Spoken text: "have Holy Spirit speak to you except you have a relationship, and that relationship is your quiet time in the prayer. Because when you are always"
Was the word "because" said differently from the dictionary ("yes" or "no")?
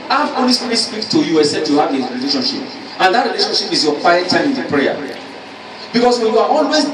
yes